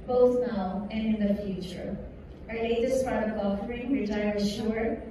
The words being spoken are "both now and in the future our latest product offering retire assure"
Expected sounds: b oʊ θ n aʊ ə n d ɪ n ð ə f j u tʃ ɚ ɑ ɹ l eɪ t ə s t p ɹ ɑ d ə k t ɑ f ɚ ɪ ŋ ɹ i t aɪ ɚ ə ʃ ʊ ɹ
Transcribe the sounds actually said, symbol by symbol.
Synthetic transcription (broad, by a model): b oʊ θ n aʊ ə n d ɪ n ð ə f j u tʃ ɚ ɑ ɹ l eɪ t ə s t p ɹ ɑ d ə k ɑ f ɚ ɪ ŋ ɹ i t aɪ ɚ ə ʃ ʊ ɹ